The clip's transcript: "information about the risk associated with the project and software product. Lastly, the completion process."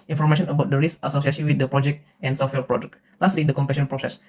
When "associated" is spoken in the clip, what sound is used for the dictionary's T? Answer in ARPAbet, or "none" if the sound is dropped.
S